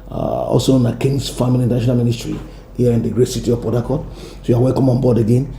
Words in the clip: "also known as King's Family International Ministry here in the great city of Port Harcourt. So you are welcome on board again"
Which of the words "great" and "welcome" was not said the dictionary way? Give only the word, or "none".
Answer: none